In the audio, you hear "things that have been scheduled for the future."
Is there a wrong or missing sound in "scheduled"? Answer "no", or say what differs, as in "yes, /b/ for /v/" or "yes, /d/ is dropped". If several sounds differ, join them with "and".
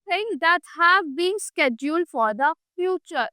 no